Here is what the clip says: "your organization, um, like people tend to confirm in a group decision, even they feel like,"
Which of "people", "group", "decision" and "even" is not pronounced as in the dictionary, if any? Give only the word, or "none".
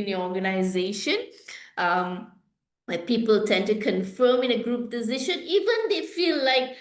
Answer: decision